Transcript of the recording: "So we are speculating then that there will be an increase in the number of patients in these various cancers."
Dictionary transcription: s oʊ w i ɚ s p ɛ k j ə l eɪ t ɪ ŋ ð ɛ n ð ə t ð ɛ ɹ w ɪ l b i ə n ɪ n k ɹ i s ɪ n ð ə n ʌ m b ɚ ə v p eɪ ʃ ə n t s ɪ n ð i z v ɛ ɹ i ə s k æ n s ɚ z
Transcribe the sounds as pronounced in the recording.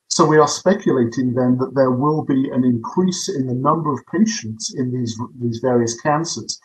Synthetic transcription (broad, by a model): s oʊ w i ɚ s p ɛ k j ə l eɪ t ɪ ŋ ð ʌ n ð ə t ð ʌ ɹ w ɪ l b i ə n ɪ n k ɹ i s ɪ n ð ə n ʌ m b ɚ ə v p eɪ ʃ ə n t s ɪ n ð i z v ɛ ɹ i ə s k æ n s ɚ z